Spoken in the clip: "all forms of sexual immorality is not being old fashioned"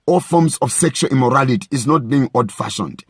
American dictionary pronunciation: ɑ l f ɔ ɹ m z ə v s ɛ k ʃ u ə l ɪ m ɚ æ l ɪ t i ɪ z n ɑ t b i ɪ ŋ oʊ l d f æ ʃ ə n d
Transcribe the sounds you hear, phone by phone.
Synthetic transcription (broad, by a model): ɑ l f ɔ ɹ m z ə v s ɛ k ʃ u ə l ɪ m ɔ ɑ l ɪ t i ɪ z n ɑ t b i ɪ ŋ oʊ d f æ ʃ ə n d